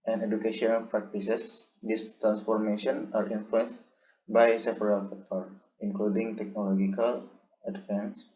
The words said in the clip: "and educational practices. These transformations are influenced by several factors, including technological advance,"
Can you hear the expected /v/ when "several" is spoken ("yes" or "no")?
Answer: no